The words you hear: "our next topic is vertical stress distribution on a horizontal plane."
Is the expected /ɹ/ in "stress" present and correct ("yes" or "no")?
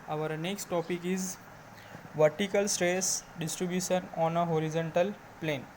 yes